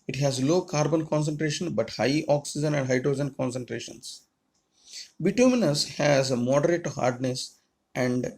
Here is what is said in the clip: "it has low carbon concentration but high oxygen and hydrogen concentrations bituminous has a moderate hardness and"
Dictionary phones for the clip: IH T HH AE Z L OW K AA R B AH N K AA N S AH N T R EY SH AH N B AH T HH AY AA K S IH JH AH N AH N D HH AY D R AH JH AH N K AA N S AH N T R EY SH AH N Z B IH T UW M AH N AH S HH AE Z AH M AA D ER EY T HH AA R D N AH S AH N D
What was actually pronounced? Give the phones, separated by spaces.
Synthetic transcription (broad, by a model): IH T HH AE Z L OW K AA R B AH N K AA N S AH N T R EY SH AH N B AH T HH AY AA K S IH JH AH N AH N D HH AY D R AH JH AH N K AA N S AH N T R EY SH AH N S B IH T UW M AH N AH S HH AE Z AH M AA D ER EY T HH AA R D N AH S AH N D